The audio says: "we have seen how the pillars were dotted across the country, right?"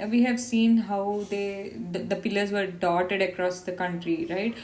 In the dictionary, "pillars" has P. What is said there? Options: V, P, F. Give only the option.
P